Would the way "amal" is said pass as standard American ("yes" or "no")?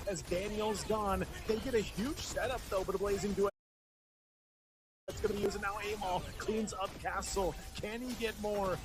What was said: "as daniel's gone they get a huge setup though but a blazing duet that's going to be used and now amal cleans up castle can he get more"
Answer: yes